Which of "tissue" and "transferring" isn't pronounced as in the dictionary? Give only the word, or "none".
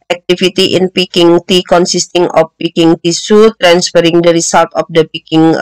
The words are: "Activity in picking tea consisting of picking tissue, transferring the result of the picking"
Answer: tissue